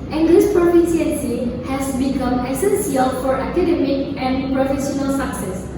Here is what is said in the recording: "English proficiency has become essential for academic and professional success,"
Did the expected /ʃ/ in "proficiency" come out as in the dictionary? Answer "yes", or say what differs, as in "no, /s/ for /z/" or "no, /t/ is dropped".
no, /s/ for /ʃ/